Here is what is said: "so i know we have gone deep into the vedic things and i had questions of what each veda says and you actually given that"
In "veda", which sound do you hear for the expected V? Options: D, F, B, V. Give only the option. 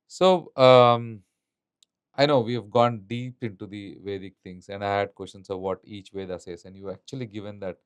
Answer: V